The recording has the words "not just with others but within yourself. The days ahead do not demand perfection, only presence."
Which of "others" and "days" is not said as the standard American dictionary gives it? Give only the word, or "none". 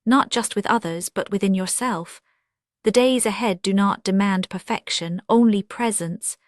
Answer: none